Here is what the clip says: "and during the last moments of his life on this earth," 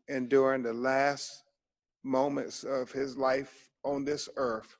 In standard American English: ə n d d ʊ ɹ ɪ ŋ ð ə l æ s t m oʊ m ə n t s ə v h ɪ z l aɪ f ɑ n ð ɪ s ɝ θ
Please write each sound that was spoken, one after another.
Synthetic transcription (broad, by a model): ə n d d ʊ ɹ ɪ ŋ ð ə l æ s t m oʊ m ə n t s ə v ɪ z l aɪ f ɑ n ð ɪ s ɝ θ